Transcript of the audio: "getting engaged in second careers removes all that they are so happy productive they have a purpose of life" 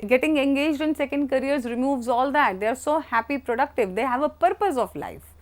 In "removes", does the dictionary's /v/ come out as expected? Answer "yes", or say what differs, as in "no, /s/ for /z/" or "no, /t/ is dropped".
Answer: yes